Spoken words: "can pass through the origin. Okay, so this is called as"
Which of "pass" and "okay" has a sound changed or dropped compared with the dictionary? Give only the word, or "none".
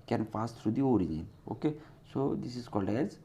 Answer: pass